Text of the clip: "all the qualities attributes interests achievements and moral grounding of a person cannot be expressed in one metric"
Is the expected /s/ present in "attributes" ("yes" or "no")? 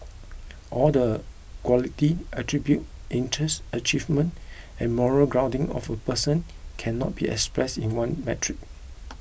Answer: no